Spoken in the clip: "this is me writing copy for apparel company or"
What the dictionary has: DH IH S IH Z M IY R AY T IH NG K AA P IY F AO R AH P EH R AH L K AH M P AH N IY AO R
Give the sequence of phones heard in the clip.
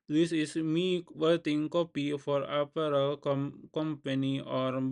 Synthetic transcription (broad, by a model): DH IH S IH S M IY W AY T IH NG K AA P IY F AO R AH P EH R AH L K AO M P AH N IY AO R